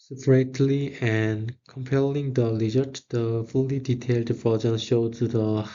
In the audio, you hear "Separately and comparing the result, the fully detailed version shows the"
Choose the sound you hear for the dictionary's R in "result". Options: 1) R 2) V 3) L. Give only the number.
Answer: 3